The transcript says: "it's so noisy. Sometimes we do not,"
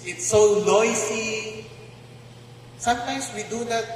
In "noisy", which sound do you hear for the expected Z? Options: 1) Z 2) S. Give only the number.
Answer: 2